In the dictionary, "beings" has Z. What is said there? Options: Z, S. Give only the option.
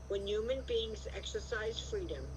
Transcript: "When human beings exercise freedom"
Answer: Z